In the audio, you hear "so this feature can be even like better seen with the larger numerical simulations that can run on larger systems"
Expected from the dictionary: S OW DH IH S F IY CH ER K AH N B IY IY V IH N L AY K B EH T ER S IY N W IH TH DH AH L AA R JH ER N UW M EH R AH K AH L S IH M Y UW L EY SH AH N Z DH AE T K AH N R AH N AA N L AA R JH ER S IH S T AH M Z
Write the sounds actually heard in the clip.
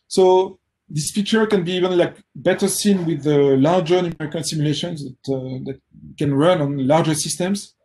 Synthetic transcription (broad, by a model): S OW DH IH S F IY CH ER K AH N B IY IY V IH N L AY K B EH T ER S IY N W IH DH AH L AA R JH ER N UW M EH R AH K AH N S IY M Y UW L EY SH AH N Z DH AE T K AH N R AH N AA N L AA R JH ER S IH S T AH M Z